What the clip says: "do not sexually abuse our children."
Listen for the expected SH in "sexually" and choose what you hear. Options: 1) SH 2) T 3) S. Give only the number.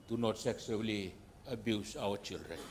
3